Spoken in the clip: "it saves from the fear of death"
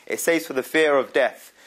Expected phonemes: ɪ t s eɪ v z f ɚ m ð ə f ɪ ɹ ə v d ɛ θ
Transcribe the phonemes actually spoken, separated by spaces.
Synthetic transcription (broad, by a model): ɪ t s eɪ z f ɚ ð ə f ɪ ɹ ə v d ɛ θ